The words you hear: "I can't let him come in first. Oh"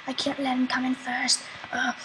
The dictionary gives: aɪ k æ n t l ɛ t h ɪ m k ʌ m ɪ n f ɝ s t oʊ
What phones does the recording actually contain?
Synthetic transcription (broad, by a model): aɪ k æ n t l ɛ t h ɪ m k ʌ m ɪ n f ɝ s t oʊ